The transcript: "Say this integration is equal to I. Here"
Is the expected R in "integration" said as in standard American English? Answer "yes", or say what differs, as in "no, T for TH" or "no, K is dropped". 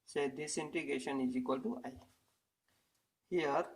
no, R is dropped